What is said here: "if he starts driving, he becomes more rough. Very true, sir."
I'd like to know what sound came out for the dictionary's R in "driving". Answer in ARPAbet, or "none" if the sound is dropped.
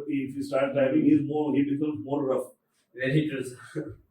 none